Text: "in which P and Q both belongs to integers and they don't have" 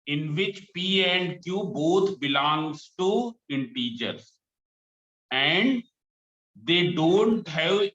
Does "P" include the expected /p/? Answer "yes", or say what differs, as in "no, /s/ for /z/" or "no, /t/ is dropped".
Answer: yes